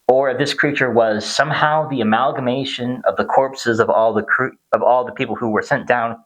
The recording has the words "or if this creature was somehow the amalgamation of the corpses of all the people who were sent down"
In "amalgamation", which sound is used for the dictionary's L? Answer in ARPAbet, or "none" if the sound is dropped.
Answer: L